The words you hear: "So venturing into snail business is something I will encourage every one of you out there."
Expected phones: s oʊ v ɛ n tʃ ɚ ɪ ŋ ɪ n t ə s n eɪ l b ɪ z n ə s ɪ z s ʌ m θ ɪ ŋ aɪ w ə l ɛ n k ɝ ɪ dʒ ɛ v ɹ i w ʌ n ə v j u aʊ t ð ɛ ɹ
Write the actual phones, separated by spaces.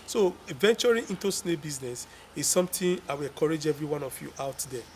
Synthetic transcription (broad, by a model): s oʊ v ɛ n tʃ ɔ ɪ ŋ ɪ n t ə s n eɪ b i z n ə s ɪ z s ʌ m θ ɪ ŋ aɪ w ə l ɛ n k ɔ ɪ dʒ ɛ v ɹ i w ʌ n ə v j u aʊ t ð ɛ